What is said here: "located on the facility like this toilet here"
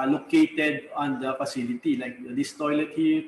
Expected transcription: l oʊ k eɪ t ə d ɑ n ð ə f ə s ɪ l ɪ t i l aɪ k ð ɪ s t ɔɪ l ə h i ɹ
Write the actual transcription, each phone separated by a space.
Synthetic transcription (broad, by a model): l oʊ k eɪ t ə d ɑ n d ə f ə s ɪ l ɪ t i l aɪ k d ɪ s t ɔɪ l ə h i